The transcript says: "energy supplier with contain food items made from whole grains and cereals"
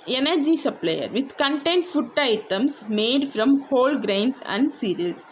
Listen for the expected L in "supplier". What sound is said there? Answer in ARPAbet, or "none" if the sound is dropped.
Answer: L